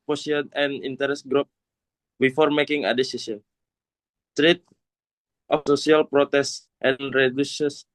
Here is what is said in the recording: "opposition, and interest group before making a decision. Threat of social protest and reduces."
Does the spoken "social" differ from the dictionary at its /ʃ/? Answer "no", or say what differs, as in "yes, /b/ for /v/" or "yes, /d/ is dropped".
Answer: yes, /s/ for /ʃ/